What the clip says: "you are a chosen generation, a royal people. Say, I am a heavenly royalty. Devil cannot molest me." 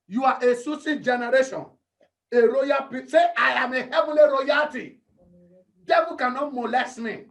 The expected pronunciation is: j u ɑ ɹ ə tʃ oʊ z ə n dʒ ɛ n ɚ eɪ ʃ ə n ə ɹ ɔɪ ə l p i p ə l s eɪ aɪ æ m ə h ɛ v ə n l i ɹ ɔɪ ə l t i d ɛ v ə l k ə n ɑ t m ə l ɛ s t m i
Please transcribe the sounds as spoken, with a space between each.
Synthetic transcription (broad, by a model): j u ɑ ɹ ə s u s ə dʒ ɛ n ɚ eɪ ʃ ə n ə ɹ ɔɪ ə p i s eɪ aɪ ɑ m ə h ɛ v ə l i ɹ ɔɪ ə t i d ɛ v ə k ə n ɑ t m ə l ɛ s t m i